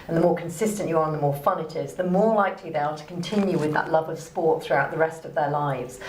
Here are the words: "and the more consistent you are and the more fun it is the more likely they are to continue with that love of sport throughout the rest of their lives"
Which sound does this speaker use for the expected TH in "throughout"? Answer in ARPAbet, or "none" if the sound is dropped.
TH